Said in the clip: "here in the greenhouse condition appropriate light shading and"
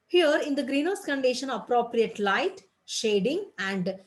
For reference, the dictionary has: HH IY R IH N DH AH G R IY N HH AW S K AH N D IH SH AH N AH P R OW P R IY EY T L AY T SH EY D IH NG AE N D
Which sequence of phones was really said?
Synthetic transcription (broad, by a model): HH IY R IH N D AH G R IY N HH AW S K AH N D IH SH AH N AH P R OW P R IY EY T L AY T SH EY D IH NG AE N D